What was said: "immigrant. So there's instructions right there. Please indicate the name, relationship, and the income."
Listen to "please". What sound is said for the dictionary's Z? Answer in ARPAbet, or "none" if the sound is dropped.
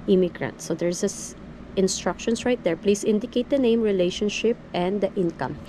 S